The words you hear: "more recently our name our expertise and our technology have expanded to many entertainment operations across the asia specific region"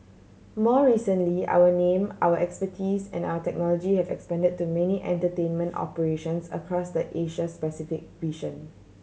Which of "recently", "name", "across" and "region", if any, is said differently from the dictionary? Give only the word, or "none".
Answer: region